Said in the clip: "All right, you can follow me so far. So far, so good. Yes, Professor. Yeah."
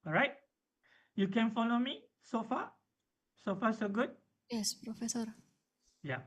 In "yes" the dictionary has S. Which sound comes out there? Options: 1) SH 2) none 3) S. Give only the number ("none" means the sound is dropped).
3